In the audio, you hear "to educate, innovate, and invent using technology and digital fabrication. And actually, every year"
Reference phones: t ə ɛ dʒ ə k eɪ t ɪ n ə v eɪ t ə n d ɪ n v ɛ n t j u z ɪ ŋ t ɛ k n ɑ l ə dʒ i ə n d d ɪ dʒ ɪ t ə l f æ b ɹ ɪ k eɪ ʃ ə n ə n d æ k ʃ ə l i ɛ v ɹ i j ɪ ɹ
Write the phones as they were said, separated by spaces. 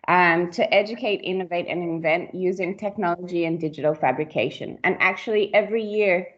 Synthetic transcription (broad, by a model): t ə ɛ dʒ ə k eɪ t ɪ n ə v eɪ t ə n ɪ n v ɛ n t j u z ɪ ŋ t ɛ k n ɑ l ə dʒ i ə n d d ɪ dʒ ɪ t l f æ b ɹ ɪ k eɪ ʃ ə n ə n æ k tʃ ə l i ɛ v ɹ i j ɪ ɹ